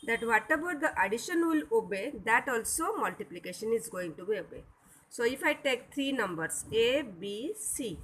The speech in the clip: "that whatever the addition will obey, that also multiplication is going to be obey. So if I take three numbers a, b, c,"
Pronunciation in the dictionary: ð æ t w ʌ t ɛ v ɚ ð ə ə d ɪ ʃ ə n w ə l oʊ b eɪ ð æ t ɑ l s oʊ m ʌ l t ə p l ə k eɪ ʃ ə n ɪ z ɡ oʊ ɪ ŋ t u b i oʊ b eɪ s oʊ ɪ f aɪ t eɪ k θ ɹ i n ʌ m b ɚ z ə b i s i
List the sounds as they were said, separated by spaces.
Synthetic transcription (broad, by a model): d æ t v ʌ t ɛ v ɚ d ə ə d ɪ ʃ ə n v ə l oʊ b eɪ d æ t ɑ l s oʊ m ʌ l t ə p l ə k eɪ ʃ ə n ɪ z ɡ oʊ ɪ ŋ t u b i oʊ b eɪ s oʊ ɪ f aɪ t eɪ k t ɹ i n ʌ m b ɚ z ə b i s i